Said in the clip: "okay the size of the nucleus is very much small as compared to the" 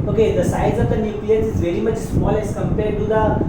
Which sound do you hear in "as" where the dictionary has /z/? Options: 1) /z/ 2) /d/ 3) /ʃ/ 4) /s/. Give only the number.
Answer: 4